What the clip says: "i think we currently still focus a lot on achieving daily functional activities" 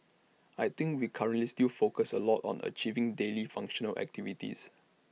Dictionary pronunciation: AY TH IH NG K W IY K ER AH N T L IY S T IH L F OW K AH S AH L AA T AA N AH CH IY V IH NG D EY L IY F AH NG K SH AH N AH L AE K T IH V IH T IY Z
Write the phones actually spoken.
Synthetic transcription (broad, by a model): AY T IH NG K W IY K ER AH N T L IY S T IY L F OW K AH S AH L AA T AA N AH CH IY V IH NG D EY L IY F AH NG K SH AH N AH L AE K T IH V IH T IY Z